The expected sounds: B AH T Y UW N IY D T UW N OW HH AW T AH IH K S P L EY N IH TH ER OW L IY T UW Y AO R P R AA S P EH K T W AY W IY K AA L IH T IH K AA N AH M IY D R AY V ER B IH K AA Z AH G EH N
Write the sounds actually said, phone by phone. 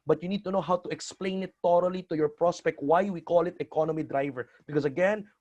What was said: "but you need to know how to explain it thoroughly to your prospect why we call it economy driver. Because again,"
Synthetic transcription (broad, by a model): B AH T Y UW N IY D T UW N OW HH AW T AH IH K S P L EY N IH T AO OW L IY T UW Y AO R P R AA S P EH K T W AY W IY K AA L IH T IH K AA N AH M IY D R AY V ER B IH K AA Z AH G EH N